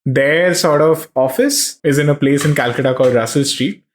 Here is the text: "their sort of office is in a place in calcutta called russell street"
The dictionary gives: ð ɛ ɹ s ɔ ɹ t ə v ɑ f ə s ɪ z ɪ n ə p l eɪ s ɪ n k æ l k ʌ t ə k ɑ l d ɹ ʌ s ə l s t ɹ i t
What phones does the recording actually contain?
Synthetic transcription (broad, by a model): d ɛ ɹ s ɔ ɹ t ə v ɑ f ə s ɪ z ɪ n ə p l eɪ s ɪ n k æ l k ʌ t ə k ɑ l d ɹ ʌ s ə l s t ɹ i t